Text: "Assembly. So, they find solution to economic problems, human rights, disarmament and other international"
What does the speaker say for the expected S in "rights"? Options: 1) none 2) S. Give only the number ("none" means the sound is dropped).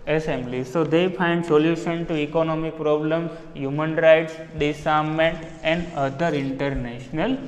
2